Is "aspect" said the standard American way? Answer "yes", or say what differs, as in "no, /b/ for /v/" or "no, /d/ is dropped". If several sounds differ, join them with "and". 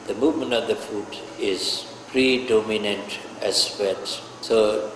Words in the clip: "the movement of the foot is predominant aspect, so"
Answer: no, /k/ is dropped